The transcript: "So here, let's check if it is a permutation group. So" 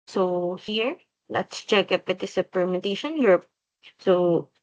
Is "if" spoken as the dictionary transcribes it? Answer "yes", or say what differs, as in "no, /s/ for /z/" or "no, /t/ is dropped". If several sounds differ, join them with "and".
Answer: no, /p/ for /f/